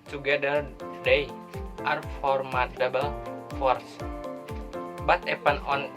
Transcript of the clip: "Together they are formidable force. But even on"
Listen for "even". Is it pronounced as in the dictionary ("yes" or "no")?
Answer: no